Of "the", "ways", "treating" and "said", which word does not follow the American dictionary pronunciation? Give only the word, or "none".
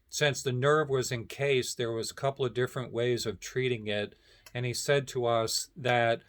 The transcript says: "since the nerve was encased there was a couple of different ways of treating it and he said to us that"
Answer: none